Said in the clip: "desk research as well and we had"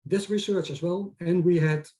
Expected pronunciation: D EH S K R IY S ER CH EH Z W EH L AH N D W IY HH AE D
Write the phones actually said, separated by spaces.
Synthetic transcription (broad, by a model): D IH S R IY S ER CH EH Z W EH L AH N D W IY HH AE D